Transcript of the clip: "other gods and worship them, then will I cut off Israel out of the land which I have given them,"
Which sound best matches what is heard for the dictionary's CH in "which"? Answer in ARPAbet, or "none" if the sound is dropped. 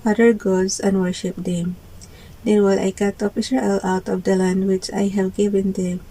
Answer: CH